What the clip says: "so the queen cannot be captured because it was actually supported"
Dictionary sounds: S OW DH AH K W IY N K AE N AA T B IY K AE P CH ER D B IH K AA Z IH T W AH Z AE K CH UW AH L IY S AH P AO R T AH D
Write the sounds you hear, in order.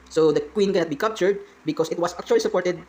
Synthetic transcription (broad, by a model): S OW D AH K W IY N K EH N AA T B IY K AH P CH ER D B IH K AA S IH T W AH S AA K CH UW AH L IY S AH P AO R T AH D